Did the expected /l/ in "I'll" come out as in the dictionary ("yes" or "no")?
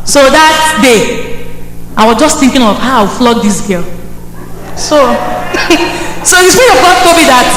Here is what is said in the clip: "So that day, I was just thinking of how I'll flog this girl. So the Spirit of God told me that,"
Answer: no